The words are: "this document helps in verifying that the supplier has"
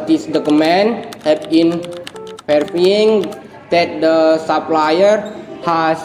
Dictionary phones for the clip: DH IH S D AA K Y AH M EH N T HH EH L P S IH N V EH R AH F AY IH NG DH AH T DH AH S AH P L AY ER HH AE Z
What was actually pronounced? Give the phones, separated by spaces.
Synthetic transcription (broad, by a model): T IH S D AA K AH M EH N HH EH P IH N F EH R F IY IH NG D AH T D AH S AH P L AY ER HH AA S